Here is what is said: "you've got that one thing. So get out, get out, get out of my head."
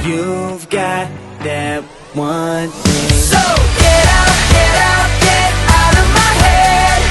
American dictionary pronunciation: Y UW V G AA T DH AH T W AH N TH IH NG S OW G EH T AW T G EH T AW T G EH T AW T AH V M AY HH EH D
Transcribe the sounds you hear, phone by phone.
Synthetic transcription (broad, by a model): Y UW V G AA T DH AH T W AH N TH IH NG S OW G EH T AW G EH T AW G EH T AW T AH V M AY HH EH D